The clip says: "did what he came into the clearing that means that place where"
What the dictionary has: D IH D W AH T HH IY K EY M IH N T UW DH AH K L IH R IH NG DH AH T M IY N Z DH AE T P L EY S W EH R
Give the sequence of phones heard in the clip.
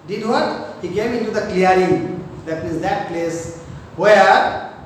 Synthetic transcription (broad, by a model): D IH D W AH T HH IY K EY M IH N T UW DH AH K L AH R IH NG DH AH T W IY Z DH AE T P L EY S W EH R